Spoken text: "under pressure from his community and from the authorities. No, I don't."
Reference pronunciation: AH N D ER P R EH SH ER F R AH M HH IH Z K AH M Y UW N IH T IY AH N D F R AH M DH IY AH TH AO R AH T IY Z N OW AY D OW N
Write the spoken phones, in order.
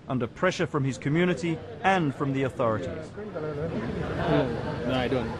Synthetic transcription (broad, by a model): AH N D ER P R EH SH ER F R AH M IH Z K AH M Y UW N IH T IY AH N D F R AH M DH IY AH TH AO R AH T IY Z N OW AY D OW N